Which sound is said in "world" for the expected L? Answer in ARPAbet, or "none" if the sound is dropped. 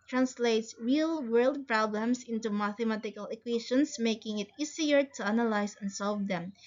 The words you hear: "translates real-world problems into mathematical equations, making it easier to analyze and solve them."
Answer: L